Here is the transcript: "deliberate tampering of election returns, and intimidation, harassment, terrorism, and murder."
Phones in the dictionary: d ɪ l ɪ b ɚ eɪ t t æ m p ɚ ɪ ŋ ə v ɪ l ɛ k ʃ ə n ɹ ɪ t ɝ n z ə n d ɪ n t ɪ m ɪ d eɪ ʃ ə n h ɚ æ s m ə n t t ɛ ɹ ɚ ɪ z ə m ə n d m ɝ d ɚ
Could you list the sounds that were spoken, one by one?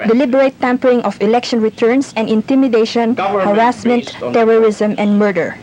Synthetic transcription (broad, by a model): d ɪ l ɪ b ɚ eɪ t t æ m p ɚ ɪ ŋ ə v ɪ l ɛ k ʃ ə n ɹ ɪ t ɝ n s ə n d ɪ n t ɪ m ɪ d eɪ ʃ ə n h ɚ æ s m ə n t t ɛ ɹ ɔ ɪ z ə m ə n d m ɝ d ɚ